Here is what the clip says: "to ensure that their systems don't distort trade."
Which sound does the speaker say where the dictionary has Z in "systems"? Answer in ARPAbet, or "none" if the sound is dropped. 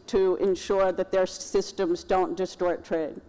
Z